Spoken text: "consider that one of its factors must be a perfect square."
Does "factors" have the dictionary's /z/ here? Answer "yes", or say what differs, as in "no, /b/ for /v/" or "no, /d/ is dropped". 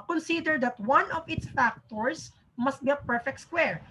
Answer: no, /s/ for /z/